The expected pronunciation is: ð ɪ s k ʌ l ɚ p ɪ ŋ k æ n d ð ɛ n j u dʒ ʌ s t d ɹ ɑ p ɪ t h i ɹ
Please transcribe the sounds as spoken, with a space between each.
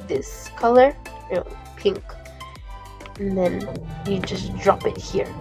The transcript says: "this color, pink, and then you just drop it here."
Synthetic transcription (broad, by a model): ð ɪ s k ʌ l ɚ p ɪ ŋ k n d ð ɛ n j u dʒ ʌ s d ɹ ɑ p ɪ t h i ɹ